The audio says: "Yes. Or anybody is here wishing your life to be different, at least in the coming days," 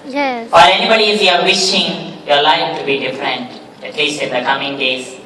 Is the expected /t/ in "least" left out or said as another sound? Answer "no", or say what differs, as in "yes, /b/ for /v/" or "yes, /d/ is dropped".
yes, /t/ is dropped